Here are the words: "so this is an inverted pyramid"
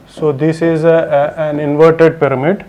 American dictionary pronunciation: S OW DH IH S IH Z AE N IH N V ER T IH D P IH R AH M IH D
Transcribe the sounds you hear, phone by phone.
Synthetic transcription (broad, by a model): S OW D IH S IH Z AE N IH N V ER T IH D P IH R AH M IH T